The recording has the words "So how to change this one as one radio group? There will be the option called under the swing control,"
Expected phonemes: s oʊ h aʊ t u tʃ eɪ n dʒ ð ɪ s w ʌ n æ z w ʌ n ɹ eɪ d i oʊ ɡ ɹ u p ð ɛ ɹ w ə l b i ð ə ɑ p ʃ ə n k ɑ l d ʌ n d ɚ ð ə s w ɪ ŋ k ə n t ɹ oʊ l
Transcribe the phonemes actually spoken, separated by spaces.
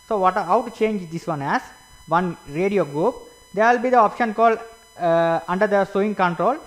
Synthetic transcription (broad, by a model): s oʊ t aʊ t u tʃ eɪ n dʒ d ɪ s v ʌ n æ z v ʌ n ɹ eɪ d i oʊ ɡ ɹ u p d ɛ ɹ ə l b i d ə ɑ p ʃ ə n k ɑ l d ʌ n d ɚ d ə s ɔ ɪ ŋ k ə n t ɹ oʊ l